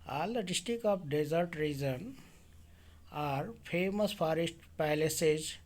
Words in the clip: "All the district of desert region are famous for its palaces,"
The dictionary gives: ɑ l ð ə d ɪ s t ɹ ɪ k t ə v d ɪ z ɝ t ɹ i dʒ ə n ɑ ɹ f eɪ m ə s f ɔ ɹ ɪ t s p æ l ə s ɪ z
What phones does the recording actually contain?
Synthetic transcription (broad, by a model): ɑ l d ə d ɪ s t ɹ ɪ k ə p d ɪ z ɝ t ɹ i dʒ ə n ɑ ɹ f eɪ m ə s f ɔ ɹ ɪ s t p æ l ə s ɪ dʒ